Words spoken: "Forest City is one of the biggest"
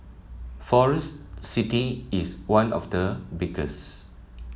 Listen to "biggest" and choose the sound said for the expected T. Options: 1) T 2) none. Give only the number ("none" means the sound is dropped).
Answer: 2